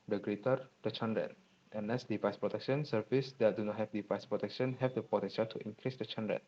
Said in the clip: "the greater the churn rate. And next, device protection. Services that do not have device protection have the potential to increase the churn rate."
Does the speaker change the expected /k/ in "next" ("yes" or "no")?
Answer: yes